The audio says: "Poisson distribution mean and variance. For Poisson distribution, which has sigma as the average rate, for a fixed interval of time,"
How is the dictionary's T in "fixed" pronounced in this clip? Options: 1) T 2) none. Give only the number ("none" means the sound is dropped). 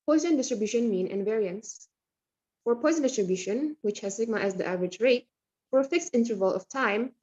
1